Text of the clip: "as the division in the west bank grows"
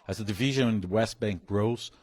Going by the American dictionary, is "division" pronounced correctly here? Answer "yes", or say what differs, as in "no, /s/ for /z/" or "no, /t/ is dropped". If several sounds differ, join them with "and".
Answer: yes